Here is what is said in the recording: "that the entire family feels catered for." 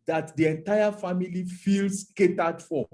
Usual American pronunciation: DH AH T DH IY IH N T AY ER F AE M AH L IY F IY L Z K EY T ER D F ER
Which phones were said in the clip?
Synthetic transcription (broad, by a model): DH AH T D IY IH N T AY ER F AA M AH L IY F IY L S K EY T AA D F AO